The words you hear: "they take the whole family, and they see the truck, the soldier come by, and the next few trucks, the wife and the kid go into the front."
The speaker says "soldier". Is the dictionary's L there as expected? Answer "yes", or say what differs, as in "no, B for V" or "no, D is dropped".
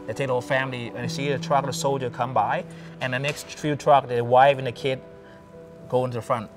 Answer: yes